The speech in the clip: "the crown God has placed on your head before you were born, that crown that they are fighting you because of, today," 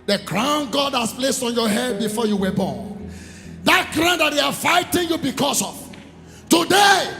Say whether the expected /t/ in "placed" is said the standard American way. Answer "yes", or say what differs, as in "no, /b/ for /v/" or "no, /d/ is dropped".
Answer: yes